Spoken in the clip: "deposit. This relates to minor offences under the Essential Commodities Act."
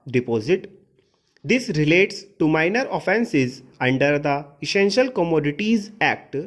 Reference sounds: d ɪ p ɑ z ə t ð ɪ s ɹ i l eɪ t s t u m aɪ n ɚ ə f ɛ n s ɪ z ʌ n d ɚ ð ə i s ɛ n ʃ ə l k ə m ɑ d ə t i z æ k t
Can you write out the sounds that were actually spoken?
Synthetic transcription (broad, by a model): d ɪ p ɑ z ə t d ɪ s ɹ i l eɪ t s t u m aɪ n ɚ ə f ɛ n s ɪ z ʌ n d ɚ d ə i s ɛ n ʃ ə l k ə m ɑ d ə t i z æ k t